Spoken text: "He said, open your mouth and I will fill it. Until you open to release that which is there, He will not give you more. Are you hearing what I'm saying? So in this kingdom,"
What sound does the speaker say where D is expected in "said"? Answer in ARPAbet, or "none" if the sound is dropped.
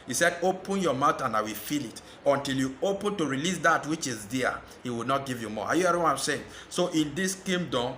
D